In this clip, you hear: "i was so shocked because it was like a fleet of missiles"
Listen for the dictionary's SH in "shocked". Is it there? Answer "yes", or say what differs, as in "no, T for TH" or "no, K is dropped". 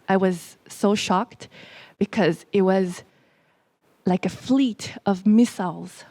yes